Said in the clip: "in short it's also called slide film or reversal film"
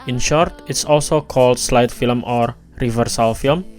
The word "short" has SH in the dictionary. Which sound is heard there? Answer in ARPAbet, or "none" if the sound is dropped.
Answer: SH